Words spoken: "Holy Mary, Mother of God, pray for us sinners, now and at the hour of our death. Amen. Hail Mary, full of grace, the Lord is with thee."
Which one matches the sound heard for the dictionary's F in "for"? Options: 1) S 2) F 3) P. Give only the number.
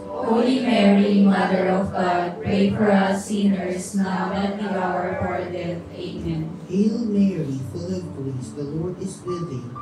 3